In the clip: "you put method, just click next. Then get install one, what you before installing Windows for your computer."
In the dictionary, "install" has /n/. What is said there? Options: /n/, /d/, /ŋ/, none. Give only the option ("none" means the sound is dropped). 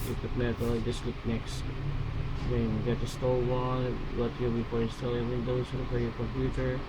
none